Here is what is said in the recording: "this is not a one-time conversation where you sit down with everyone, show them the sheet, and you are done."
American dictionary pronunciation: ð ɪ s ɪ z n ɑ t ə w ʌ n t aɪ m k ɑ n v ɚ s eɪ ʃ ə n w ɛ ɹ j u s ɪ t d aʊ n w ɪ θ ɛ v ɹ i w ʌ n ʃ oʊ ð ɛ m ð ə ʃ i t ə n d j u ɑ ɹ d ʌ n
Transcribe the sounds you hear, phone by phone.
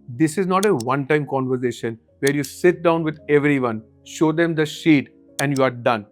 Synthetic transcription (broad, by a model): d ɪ s ɪ z n ɑ t ə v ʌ n t aɪ m k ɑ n v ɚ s eɪ ʃ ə n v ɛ ɹ j u s ɪ t d aʊ n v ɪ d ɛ v ɹ i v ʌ n ʃ oʊ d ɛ m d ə ʃ i t ə n d j u ɑ ɹ d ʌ n